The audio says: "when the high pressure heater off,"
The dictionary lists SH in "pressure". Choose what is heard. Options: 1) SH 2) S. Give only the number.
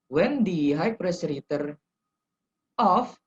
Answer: 2